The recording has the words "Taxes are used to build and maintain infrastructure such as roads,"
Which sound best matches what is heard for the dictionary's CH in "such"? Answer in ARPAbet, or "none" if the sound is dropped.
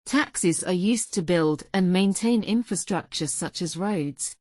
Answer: CH